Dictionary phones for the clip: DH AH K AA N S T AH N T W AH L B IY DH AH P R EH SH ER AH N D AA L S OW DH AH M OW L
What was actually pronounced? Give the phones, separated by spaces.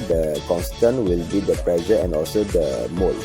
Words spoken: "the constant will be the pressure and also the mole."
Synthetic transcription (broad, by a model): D AH K AA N S T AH N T W AH L B IY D AH P L EH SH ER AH N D AA L S OW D AH M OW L